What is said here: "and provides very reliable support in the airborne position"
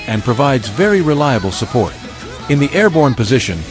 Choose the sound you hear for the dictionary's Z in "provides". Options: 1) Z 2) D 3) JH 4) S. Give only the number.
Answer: 1